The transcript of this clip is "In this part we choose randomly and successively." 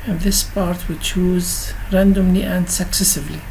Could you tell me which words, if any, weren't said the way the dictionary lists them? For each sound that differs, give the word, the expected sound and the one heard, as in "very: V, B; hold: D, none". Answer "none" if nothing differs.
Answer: none